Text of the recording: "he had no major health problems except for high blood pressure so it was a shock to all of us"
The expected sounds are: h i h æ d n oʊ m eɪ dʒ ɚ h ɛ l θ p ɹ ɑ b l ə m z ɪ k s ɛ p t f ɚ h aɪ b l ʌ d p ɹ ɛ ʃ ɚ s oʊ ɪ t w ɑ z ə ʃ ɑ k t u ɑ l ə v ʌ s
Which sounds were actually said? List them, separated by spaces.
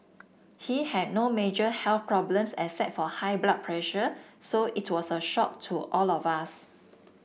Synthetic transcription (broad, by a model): h i h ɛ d n oʊ m eɪ dʒ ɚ h ɛ l θ p ɹ ɑ b l ə m s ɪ s ɛ t f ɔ h aɪ b l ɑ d p ɹ ɛ ʃ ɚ s oʊ ɪ t w ɑ s ə ʃ ɑ k t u ɑ l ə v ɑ s